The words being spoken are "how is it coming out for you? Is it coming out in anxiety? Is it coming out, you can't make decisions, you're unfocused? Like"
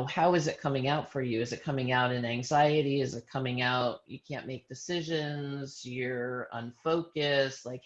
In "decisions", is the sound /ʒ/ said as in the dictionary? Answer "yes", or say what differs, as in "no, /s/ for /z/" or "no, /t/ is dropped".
yes